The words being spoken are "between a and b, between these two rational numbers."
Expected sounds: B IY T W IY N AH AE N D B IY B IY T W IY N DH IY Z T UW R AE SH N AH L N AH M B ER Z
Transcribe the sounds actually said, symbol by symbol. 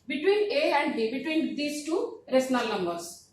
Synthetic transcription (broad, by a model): B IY T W IY N AH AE N D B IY B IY T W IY N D IY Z T UW R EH S N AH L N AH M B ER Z